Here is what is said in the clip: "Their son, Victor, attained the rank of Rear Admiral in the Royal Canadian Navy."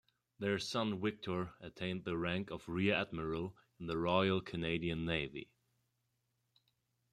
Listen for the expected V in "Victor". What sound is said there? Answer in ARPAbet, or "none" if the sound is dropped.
W